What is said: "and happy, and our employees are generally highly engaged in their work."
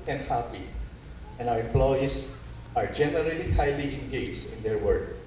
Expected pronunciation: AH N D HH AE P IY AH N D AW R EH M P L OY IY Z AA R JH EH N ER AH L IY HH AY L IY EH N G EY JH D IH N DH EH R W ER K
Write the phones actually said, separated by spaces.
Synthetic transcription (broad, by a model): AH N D HH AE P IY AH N AW R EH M P L OY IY S AA R JH EH N ER AH L IY HH AY L IY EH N G EY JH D IH N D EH R W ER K